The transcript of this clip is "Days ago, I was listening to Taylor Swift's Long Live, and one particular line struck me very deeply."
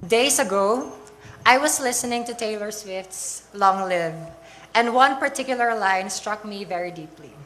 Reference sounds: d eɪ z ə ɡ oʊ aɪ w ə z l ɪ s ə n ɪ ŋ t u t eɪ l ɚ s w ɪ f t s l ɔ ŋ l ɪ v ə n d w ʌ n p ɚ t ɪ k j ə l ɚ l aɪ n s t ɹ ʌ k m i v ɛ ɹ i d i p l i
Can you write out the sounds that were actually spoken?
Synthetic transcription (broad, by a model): d eɪ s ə ɡ oʊ aɪ w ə s l ɪ s ə n ɪ ŋ t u t eɪ l ɚ s w ɪ f t s l ɔ ŋ l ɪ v ə n d w ʌ n p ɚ t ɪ k j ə l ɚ l aɪ n s t ɹ ʌ k m i v ɛ ɹ i d i p l i